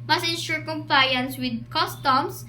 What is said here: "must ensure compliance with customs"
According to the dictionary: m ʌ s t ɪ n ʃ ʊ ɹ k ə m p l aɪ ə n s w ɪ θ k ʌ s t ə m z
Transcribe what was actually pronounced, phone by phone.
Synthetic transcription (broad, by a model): m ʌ s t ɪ n ʃ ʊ ɹ k ə m p l aɪ ə n s w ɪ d k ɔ s t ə m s